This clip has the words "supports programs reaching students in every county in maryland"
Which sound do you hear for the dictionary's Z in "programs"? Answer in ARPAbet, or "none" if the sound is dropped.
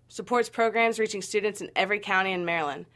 Z